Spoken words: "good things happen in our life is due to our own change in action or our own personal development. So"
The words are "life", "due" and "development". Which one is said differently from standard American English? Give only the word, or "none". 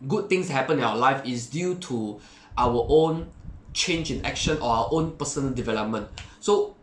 none